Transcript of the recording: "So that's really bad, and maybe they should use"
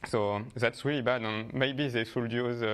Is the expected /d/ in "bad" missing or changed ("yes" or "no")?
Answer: no